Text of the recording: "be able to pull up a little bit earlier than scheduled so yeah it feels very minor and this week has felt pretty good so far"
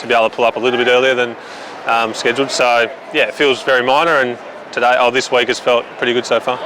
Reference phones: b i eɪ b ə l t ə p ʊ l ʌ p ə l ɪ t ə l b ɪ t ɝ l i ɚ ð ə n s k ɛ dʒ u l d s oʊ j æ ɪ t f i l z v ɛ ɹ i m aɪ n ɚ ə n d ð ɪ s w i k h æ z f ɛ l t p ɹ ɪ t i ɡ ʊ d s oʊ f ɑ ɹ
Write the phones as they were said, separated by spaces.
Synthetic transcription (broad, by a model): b i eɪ ə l t ə p ʊ l ʌ p ə l ɪ t l b ɪ t ɝ l i ɚ ð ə n s k ɛ dʒ l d s oʊ j æ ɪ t f i l z v ɛ ɹ i m aɪ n ɚ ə n d ð ɪ s w i k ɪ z f ɛ l t p ɹ ɪ t i ɡ ʊ d s oʊ f ɑ ɹ